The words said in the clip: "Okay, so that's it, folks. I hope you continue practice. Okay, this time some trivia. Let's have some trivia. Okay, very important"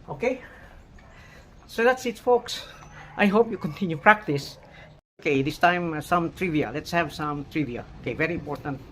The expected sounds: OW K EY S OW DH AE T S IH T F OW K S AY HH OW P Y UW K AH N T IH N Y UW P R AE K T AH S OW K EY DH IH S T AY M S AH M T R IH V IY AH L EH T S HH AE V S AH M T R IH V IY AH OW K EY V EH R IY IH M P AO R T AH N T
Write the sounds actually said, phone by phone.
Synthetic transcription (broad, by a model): OW K EY S OW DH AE T S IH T F OW K S AY HH OW P Y UW K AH N T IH N Y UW P R AE K T AH S OW K EY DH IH S T AY M S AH M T R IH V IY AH L EH T S HH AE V S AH M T R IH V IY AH OW K EY V EH R IY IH M P AO R T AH N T